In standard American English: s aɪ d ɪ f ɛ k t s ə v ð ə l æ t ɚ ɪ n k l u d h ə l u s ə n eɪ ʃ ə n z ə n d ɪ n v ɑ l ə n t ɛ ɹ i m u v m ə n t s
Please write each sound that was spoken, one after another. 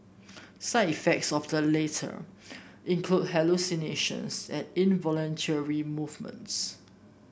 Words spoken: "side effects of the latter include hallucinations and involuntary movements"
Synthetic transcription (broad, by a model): s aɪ ɪ f ɛ k t s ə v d ə l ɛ t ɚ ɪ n k l u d h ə l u s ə n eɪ ʃ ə n s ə n ɪ n v ɑ l ə n t ɛ ɹ i m u v m ə n t s